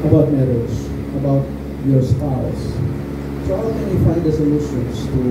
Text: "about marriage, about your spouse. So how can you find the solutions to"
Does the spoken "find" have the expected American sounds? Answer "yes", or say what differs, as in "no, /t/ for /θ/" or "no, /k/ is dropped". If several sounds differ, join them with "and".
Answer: no, /n/ is dropped